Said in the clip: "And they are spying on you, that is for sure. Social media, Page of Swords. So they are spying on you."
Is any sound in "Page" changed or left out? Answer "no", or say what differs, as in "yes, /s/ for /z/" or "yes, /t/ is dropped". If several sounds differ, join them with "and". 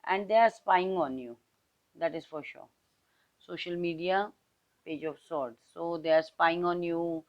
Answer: no